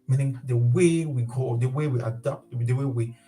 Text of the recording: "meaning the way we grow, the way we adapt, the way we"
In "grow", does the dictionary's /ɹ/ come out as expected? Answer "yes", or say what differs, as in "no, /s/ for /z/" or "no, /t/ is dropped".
no, /ɹ/ is dropped